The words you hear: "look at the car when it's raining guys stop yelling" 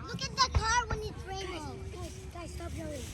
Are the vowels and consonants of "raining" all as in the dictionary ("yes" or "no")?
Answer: no